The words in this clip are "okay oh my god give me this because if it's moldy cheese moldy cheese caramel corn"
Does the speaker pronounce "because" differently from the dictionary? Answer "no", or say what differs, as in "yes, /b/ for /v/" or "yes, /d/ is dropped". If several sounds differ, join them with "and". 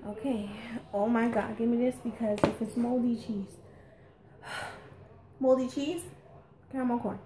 no